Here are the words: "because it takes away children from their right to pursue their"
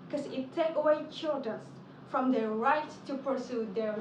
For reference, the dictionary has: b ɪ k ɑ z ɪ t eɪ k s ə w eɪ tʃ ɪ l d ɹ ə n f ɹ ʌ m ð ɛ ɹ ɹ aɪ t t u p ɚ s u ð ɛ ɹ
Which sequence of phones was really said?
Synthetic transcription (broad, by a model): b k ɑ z ɪ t eɪ k ə w eɪ tʃ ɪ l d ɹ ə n f ɹ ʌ m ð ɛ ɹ ɹ aɪ t t u p ɚ s u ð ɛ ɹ